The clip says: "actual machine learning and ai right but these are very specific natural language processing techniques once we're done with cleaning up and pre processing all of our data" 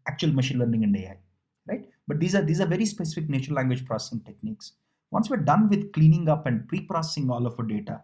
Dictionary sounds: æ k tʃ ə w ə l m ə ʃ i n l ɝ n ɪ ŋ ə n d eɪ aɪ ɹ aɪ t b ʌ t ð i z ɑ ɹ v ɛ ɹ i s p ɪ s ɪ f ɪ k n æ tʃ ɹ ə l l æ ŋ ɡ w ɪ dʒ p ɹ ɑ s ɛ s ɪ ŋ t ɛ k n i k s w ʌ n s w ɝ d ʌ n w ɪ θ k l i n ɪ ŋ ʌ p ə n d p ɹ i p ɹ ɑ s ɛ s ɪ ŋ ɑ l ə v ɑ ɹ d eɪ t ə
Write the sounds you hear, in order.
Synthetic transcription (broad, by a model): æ k tʃ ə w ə l m ə ʃ i n l ɝ n ɪ ŋ ə n d eɪ aɪ ɹ aɪ t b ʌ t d i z ɑ ɹ v ɛ ɹ i s p ɪ s ɪ f ɪ k n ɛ tʃ ə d l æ ŋ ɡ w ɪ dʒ p ɹ ɑ s ɛ s ɪ ŋ t ɛ k n i k s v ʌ n s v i d ʌ n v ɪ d k l i n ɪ ŋ ʌ p ə n d p ɹ i p ɹ ɑ s ɛ s ɪ ŋ ɑ l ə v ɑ d eɪ t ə